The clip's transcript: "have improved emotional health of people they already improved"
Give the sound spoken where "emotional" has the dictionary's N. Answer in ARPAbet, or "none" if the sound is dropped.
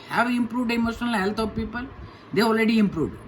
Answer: N